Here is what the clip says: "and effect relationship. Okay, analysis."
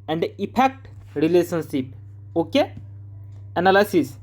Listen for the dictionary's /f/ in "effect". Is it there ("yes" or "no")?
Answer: no